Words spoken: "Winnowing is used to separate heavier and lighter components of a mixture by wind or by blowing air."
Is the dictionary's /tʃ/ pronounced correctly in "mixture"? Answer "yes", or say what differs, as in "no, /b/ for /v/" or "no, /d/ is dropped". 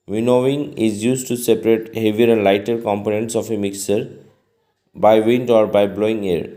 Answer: no, /tʃ/ is dropped